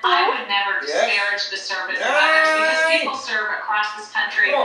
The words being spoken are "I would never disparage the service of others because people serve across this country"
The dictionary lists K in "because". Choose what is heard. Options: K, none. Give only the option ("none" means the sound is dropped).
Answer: none